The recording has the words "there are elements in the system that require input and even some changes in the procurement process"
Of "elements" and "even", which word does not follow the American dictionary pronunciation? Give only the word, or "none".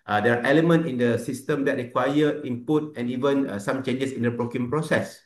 elements